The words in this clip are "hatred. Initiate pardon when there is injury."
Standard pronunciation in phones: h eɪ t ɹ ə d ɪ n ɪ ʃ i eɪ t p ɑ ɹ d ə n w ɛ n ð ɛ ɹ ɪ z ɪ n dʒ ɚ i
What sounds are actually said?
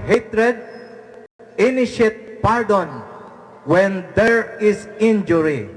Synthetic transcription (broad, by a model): h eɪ t ɹ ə d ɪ n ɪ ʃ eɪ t p ɑ ɹ d ə n w ɛ n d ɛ ɹ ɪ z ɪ n dʒ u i